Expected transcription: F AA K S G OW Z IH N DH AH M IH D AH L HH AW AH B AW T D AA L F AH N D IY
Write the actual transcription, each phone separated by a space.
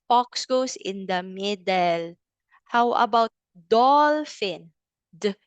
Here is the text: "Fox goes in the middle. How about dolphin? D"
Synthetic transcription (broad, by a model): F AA K S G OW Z IH N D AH M IH D AH L HH AW AH B AW T D AA L F AH N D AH